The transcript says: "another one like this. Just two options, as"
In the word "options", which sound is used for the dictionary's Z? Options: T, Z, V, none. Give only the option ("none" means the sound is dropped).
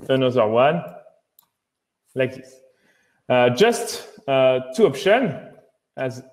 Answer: none